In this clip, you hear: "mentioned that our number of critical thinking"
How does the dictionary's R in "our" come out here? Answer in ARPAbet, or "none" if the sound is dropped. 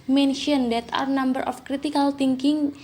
R